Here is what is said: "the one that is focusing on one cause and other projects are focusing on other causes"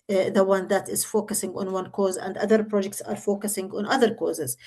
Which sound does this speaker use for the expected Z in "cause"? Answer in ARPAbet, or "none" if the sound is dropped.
Z